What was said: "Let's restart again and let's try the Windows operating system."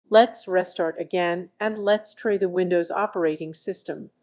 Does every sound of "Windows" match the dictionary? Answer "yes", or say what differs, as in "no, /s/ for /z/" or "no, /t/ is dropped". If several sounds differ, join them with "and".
yes